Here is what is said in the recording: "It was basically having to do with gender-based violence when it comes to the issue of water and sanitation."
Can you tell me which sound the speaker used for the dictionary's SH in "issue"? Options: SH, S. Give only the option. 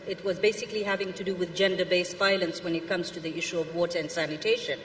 SH